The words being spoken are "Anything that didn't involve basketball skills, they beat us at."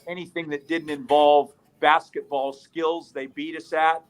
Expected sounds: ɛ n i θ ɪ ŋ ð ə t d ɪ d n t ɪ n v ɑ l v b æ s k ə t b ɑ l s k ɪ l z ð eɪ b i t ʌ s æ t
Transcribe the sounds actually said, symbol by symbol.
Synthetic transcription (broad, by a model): ɛ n i θ ɪ ŋ ð ə t d ɪ d n t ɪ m v ɑ l v b æ s k ə t b ɑ l s k ɪ l z ð eɪ b i t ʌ s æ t